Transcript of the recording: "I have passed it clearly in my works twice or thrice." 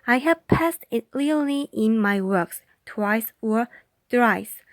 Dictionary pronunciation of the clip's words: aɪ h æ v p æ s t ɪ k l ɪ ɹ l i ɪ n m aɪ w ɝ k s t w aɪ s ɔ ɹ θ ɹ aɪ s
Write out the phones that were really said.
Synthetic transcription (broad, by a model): aɪ h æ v p æ s t ɪ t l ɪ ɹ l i ɪ n m aɪ w ɝ k s t w aɪ s ɔ ɹ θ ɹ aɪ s